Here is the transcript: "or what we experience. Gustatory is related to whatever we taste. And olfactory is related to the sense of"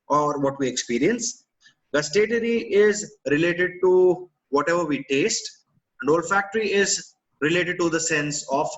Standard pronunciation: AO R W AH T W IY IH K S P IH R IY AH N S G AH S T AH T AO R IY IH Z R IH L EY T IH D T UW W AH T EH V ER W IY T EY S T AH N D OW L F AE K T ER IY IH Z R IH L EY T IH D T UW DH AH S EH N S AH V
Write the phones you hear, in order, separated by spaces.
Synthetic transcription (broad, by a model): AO R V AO T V IY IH K S P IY R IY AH N S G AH S T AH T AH R IY IH Z R IH L EY T IH D T UW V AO T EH V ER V IY T EY S T AH N D OW L F AE K T ER IY IH Z R IH L EY T IH D T UW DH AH S EH N S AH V